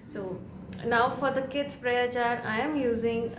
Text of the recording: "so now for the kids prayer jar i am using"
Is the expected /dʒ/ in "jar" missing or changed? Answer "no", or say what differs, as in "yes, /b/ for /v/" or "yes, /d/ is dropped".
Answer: yes, /tʃ/ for /dʒ/